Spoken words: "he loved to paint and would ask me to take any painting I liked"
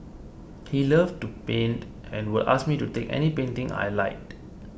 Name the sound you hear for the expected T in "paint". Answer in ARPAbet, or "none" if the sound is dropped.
T